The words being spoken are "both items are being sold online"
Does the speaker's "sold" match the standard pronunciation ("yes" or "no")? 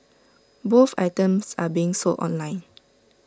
no